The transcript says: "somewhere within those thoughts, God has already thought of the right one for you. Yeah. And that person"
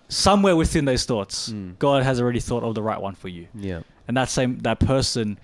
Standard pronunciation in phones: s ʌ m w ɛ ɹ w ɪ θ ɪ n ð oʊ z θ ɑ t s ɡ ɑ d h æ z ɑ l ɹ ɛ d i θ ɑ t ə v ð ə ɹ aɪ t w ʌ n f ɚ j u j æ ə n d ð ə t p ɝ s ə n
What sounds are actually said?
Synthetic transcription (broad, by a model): s ʌ m w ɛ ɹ w ɪ θ ɪ n ð oʊ z θ ɑ t s ɡ ɑ d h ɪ z ɑ l ɹ ɛ d i θ ɑ t ə v ð ə ɹ aɪ t w ʌ n f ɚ j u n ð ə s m ð ə t p ɝ s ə n